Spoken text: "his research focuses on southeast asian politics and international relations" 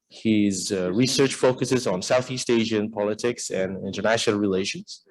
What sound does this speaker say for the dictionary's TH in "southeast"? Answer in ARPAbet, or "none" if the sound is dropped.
TH